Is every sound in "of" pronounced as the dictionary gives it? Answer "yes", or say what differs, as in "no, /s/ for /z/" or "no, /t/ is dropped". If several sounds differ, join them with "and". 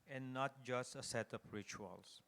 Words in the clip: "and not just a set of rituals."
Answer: no, /p/ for /v/